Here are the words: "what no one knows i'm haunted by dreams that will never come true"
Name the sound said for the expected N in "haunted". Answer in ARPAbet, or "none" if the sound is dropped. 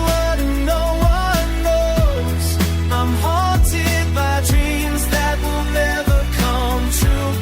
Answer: none